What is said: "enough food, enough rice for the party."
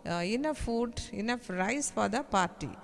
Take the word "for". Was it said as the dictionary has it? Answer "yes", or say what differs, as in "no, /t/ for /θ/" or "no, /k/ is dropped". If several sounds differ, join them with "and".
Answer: no, /p/ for /f/